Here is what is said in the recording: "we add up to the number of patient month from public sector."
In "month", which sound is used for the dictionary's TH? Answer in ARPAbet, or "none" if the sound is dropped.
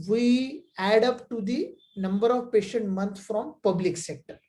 T